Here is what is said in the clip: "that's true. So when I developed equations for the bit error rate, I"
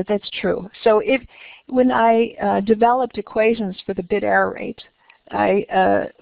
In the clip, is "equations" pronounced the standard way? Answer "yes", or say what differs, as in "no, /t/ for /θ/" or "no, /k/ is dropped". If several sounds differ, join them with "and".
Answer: yes